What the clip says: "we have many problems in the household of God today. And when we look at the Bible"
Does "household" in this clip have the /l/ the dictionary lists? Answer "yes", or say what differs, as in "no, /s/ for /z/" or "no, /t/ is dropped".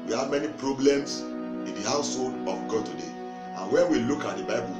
yes